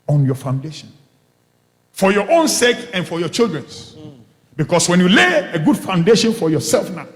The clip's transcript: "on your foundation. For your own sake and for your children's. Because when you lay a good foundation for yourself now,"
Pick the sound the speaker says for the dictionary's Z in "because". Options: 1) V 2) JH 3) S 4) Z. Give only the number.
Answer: 3